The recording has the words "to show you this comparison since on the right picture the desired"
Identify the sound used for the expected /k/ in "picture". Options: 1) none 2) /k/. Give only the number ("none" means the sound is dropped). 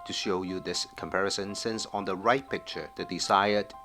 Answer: 2